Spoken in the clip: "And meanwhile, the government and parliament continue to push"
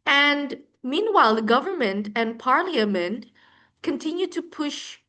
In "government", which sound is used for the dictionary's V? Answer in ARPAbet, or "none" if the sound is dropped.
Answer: V